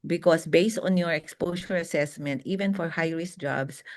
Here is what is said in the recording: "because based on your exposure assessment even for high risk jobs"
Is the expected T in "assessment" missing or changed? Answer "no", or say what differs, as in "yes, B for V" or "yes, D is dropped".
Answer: no